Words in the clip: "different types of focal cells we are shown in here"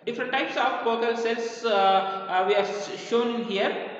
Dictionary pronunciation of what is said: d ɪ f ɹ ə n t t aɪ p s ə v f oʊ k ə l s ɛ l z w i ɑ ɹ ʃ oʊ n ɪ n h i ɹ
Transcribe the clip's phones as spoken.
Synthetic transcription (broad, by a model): d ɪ f ɹ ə n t t aɪ p s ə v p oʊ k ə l s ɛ l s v i ɑ ɹ ʃ oʊ n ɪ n h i ɹ